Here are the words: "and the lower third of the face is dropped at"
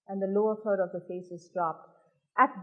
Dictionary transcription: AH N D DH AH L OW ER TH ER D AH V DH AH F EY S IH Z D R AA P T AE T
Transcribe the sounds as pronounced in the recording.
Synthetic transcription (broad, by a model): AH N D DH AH L OW ER F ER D AH V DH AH F EY S IH Z D R AA P T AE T